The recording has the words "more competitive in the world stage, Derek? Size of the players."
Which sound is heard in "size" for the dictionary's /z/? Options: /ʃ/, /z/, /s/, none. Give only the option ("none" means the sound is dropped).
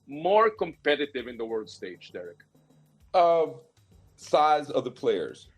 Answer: /z/